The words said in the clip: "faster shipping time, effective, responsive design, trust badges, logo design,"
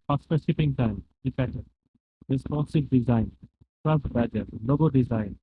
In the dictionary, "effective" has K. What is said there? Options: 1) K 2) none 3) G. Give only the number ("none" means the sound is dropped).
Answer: 2